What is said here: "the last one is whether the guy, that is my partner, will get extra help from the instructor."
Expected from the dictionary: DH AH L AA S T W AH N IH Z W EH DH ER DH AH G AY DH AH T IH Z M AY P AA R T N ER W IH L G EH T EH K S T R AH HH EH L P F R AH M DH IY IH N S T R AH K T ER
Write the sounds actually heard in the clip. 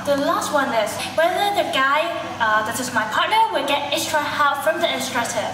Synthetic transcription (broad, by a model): DH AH L AA S T W AH N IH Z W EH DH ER DH AH G AY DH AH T IH Z M AY P AA R T N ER W IH L G EH T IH S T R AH HH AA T F R AH M DH IY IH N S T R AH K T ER